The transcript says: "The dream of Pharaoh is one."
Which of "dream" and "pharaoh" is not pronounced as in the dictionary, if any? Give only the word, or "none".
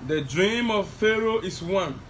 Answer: none